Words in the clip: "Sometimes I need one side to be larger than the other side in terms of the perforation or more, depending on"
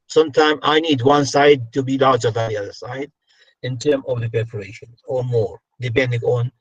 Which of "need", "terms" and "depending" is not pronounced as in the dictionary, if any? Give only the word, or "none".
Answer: terms